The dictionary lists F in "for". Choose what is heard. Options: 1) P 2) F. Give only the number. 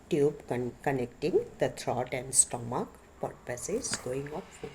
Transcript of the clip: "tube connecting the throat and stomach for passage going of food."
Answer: 1